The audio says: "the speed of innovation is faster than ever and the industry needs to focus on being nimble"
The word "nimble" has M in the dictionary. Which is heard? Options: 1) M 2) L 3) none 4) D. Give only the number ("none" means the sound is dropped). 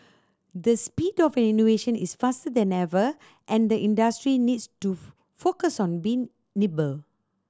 3